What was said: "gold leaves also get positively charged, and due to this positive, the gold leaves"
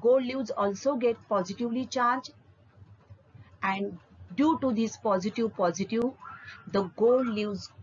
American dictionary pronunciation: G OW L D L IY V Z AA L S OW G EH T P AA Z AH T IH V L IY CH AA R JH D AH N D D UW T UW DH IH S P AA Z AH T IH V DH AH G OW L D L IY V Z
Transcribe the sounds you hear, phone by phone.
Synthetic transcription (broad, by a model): G OW L D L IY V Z AA L S OW G EH T P AA Z AH T IH V L IY CH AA R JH AH N D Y UW T UW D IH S P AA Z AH T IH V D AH G OW L D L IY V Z